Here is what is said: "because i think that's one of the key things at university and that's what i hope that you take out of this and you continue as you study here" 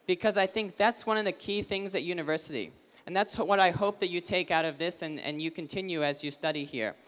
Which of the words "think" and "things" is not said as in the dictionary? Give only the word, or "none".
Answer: none